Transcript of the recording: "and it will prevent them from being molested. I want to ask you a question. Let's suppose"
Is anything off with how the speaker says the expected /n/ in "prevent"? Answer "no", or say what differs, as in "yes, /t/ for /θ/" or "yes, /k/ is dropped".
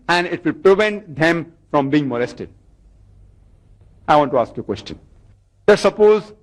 no